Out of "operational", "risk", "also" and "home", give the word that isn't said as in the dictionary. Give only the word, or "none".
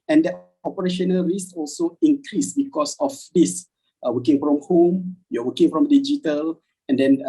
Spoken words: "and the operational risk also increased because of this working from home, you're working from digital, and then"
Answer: risk